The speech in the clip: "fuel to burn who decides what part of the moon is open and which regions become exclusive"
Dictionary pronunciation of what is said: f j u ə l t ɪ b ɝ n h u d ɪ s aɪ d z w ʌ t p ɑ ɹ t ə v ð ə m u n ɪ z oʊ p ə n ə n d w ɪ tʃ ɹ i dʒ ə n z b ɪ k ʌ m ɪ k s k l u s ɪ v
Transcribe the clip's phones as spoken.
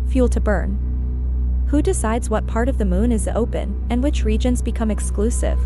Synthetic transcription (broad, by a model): f j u l t ɪ b ɝ n h u d ɪ s aɪ d z w ʌ t p ɑ ɹ t ə v ð ə m u n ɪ z oʊ p ə n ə n w ɪ tʃ ɹ i dʒ ə n z b ɪ k ʌ m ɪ k s k l u s ɪ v